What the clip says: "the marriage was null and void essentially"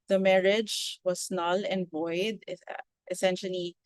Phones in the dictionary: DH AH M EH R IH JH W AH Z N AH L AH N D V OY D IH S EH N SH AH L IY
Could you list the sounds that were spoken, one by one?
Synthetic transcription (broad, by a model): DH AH M EH R IH JH W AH S N AH L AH N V OY D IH S EH N SH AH L IY